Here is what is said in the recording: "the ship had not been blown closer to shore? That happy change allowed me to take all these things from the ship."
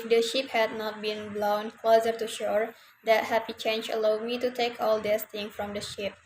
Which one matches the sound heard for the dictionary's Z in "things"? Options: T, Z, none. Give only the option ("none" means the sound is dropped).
none